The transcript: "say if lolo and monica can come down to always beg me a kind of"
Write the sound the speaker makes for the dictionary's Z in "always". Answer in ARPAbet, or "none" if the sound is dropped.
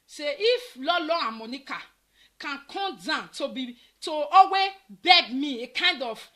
none